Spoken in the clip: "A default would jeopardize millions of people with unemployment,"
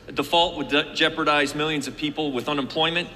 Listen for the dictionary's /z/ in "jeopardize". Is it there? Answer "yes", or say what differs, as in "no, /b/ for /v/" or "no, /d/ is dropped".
yes